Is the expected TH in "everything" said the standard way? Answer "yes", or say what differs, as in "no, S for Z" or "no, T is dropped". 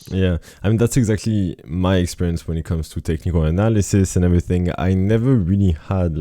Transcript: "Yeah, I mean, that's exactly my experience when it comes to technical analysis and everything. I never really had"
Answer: yes